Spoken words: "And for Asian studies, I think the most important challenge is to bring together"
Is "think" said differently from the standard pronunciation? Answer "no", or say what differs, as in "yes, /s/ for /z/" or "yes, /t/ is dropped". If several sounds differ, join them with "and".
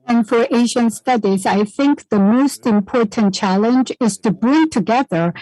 no